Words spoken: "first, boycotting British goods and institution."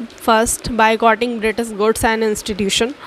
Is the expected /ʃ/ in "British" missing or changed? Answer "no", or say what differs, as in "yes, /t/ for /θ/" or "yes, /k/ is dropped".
yes, /s/ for /ʃ/